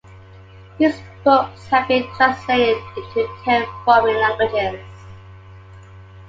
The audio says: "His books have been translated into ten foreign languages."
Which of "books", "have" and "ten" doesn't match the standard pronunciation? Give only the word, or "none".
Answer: none